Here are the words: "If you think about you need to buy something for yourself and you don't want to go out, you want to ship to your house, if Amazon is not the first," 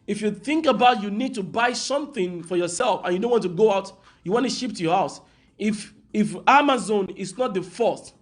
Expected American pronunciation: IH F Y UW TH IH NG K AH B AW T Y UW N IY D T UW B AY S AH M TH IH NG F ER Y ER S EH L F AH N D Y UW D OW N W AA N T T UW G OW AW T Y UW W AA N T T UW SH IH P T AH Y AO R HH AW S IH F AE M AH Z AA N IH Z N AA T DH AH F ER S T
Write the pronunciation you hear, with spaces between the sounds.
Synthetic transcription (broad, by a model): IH F Y UW TH IH NG K AH B AW T Y UW N IY D T UW B AY S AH M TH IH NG F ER Y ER S EH L F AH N Y UW D OW N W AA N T T UW G OW AW T Y UW W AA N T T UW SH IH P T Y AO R HH AW S IH F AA M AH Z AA N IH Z N AA T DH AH F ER S T